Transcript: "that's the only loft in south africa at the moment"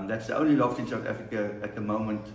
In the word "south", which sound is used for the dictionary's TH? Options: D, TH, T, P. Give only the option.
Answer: T